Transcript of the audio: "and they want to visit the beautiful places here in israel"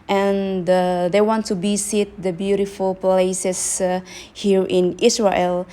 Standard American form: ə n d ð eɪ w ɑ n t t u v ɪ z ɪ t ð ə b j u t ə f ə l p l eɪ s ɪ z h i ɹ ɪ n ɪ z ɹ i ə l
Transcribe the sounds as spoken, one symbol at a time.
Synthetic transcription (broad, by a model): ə n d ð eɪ w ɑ n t t u b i s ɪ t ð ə b j u t ə f ə l p l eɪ s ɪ s h i ɹ ɪ n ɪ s ɹ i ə l